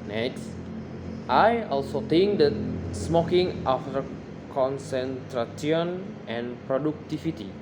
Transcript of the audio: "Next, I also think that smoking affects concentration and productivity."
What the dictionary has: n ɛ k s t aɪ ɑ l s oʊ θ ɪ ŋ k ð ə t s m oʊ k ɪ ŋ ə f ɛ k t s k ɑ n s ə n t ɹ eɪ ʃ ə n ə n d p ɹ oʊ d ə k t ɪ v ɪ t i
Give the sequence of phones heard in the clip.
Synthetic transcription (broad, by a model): n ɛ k s t aɪ ɑ l s oʊ t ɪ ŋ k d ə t s m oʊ k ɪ ŋ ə f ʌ t k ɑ n s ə n t ɹ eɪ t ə n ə n p ɹ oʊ d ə k t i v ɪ t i